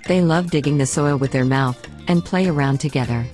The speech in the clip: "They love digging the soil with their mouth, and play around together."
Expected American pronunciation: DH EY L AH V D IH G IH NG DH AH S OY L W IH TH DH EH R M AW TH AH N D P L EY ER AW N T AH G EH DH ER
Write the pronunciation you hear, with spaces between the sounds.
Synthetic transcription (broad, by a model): DH EY L AH V D IH G IH NG DH AH S OY L W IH DH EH R M AW TH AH N P L EY ER AW N T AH G EH DH ER